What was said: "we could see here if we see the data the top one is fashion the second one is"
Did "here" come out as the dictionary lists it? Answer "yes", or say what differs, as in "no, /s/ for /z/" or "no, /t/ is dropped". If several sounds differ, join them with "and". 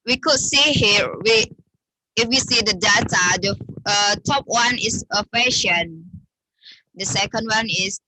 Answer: no, /w/ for /ɹ/